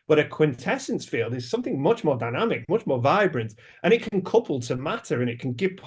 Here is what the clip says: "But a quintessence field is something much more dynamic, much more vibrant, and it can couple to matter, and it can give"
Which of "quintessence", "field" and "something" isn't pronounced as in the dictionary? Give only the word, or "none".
none